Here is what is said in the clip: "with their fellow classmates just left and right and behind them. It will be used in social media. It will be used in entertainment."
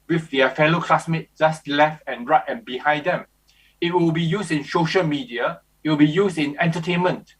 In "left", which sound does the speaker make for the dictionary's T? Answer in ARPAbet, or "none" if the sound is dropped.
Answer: T